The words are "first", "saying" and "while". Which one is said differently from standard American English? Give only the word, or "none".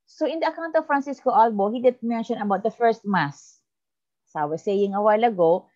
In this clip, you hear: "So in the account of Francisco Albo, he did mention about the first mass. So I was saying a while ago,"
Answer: none